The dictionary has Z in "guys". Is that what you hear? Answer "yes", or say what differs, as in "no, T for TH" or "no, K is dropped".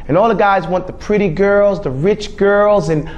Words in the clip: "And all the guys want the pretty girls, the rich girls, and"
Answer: yes